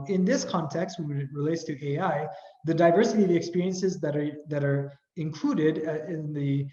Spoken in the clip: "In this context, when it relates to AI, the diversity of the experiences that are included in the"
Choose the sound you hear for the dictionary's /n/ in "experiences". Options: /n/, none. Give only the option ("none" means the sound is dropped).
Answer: /n/